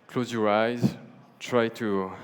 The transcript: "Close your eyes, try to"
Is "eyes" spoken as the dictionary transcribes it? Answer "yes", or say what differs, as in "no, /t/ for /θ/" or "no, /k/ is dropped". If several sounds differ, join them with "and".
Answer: yes